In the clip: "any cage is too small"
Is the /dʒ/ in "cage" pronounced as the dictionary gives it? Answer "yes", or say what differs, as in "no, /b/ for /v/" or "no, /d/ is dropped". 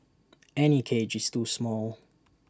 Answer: yes